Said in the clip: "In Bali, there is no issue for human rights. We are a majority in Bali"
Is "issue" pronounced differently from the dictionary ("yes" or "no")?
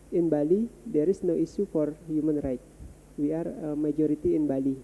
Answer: yes